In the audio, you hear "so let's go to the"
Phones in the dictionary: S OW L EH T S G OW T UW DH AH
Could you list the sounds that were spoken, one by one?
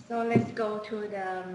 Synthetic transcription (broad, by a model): S OW L EH T S G OW T UW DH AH